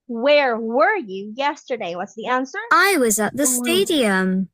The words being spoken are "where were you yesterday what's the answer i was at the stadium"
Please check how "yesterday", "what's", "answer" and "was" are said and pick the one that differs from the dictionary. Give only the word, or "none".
none